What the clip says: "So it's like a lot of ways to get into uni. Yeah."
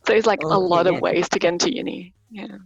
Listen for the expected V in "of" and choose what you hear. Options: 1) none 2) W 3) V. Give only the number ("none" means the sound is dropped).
3